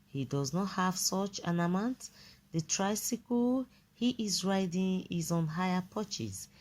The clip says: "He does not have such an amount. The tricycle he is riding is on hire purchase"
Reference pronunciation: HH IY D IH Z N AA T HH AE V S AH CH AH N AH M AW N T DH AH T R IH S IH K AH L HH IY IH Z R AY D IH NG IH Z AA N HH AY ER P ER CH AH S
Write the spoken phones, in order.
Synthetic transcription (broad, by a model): HH IY D IH Z N AA T HH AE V S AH CH AH N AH M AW N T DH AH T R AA S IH K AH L HH IY IH Z R AY D IH NG IH Z AA N HH AY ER P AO CH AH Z